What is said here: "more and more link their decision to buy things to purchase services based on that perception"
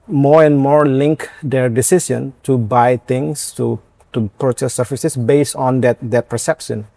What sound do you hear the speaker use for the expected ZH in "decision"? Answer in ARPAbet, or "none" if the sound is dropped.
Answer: S